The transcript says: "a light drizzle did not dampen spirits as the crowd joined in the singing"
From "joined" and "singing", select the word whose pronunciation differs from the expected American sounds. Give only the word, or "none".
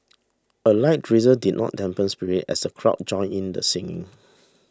joined